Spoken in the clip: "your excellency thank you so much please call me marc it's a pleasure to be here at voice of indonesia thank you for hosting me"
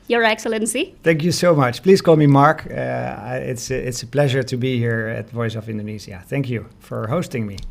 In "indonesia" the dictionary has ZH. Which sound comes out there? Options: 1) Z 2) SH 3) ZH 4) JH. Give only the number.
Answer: 1